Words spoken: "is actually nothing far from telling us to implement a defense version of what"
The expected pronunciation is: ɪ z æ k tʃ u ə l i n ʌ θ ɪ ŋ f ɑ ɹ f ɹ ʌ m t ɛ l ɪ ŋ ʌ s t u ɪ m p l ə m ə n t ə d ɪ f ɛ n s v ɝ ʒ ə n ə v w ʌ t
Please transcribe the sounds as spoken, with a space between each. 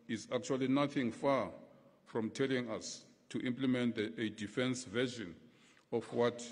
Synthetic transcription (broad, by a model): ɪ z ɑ k tʃ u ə l i n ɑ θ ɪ ŋ f ɑ f ɹ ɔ m t ɛ l ɪ ŋ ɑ s t u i m p l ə m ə n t ə d ɪ f ɛ n s v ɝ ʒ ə n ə f w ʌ t